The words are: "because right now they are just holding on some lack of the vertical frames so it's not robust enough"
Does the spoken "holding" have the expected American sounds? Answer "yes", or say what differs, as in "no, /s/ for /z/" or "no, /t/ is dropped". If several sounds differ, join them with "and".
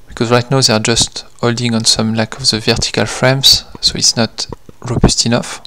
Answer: yes